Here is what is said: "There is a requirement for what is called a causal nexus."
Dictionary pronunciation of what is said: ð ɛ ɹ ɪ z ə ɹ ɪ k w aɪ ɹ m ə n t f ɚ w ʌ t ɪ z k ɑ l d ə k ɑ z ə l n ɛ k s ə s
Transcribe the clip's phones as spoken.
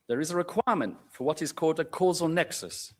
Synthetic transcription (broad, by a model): ð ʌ ɹ ɪ z ə ɹ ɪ k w aɪ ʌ m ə n t f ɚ w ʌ t ɪ z k ɑ l d ə k ɑ z ə l n ɛ k s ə s